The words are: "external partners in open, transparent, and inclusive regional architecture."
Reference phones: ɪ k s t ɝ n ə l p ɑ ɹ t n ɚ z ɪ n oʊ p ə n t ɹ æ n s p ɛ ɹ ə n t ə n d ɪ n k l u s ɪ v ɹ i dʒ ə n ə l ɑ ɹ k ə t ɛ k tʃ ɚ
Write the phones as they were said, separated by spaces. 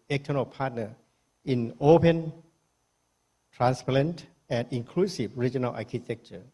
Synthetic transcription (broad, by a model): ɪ k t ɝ n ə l p ɑ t n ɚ ɪ n oʊ p ə n t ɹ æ n s p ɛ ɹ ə n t ə n d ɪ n k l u s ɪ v ɹ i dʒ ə n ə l ɑ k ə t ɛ k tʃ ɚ